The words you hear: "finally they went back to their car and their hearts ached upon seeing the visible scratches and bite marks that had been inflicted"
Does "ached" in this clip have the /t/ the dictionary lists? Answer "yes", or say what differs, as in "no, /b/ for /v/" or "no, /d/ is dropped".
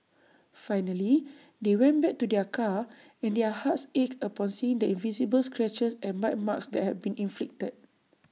no, /t/ is dropped